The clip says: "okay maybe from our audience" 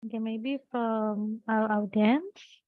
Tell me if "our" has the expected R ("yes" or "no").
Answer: no